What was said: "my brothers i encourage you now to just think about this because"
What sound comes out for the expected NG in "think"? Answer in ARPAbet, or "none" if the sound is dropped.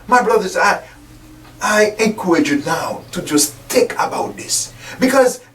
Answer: none